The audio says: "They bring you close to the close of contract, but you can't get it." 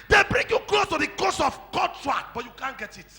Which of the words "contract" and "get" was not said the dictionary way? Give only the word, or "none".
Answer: contract